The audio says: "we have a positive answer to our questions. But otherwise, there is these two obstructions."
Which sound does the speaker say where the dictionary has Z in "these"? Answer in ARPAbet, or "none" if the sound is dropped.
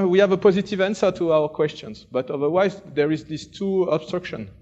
S